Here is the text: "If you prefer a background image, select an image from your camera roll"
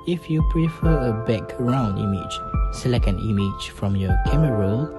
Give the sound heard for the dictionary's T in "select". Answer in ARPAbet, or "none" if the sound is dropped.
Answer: none